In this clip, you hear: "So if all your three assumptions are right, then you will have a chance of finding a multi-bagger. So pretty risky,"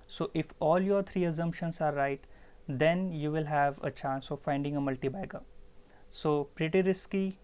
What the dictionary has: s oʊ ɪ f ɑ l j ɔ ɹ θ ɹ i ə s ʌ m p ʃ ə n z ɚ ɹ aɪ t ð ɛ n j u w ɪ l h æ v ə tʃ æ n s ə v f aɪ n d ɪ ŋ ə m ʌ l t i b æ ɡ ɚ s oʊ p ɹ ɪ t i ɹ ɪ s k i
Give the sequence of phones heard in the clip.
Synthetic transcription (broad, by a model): s oʊ ɪ f ɑ l j ɔ ɹ t ɹ i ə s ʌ m p ʃ ə n s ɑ ɹ aɪ t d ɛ n j u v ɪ l h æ v ə tʃ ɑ n s ə v f aɪ n d ɪ ŋ ə m ʌ l t i b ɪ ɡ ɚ s oʊ p ɹ ɪ t i ɹ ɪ s k i